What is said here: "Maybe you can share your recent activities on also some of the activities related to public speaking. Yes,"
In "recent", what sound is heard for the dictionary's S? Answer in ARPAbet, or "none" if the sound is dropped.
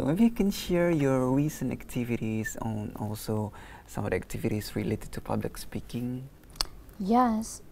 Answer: S